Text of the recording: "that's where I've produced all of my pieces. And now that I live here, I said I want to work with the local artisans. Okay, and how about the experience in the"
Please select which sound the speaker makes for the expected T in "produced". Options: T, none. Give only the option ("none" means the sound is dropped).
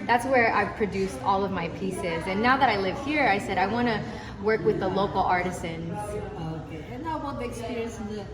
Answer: T